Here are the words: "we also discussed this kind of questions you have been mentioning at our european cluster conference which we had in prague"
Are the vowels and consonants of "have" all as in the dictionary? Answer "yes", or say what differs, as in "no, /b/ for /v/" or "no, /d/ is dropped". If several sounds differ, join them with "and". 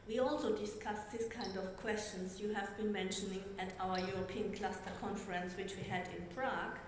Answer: yes